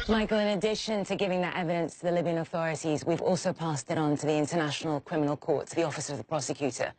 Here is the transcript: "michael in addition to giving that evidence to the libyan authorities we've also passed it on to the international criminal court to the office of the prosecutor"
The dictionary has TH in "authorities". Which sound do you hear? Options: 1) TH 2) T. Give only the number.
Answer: 1